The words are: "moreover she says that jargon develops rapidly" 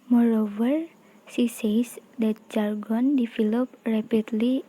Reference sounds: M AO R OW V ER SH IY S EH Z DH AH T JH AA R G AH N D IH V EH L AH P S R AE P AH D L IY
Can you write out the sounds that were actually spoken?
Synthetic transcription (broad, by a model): M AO R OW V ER S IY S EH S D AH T JH AA R G AH N D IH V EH L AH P R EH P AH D L IY